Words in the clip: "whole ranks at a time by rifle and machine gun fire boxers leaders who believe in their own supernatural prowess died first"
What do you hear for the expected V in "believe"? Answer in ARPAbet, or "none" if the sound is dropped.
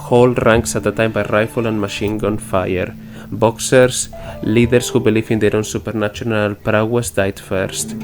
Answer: F